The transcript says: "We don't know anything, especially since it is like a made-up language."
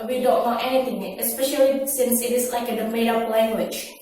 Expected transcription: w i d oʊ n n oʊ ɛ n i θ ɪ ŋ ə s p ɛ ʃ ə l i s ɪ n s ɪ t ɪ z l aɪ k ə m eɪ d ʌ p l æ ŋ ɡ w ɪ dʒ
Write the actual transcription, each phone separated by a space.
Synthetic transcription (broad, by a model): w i d oʊ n n oʊ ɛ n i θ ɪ ŋ ə s p ɛ ʃ ə l i s ɪ n s ɪ t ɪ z l aɪ k ə m eɪ d ʌ p l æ ŋ ɡ w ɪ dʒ